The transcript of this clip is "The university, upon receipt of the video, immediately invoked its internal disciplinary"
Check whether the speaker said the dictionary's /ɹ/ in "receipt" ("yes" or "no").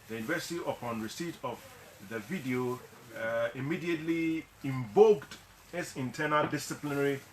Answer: yes